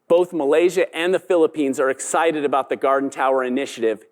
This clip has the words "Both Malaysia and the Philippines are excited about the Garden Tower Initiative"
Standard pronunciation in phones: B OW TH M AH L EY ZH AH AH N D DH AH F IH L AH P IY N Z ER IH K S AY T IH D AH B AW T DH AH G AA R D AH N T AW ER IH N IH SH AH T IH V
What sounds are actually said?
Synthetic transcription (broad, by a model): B OW TH M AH L EY ZH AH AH N DH AH F IH L AH P IY N Z ER IH K S AY T IH D AH B AW T DH AH G AA R D N T AW ER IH N IH SH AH T IH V